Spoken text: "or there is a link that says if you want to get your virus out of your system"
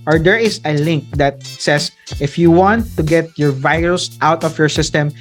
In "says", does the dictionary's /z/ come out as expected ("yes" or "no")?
no